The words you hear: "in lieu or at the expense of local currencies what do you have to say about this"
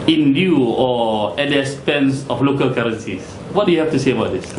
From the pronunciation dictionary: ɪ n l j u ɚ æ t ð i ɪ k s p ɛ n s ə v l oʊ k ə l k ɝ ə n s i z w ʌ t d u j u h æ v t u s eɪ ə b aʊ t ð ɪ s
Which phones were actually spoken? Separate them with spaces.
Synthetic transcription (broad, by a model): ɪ n l j u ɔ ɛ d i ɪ s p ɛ n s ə f l oʊ k ə l k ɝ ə n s i s w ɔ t d u j u h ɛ f t u s eɪ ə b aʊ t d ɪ s